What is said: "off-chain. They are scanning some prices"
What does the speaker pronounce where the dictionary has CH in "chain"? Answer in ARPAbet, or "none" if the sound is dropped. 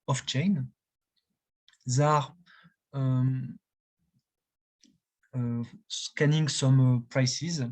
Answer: CH